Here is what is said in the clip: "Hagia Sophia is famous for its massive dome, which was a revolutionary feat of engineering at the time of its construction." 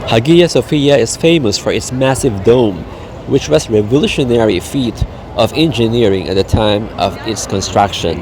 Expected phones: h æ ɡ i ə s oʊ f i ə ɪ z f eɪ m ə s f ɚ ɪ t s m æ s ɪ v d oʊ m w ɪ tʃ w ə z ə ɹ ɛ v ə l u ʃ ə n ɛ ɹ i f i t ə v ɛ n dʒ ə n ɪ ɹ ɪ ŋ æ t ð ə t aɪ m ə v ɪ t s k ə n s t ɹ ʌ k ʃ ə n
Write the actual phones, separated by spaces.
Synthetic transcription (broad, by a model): h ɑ ɡ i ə s oʊ f i ə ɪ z f eɪ m ə s f ɚ ɪ t s m æ s ɪ v d oʊ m w ɪ tʃ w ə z ɹ ɛ v ə l u ʃ ə n ɛ ɹ i f i t ə v ɛ n dʒ ə n ɪ ɹ ɪ ŋ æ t ð ə t aɪ m ə v ɪ t s k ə n s t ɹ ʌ k ʃ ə n